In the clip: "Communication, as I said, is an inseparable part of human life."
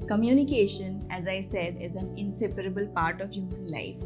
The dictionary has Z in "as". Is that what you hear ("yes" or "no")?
yes